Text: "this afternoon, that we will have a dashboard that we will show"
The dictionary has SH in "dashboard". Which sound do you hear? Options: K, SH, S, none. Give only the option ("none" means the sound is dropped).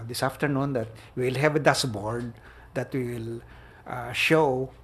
S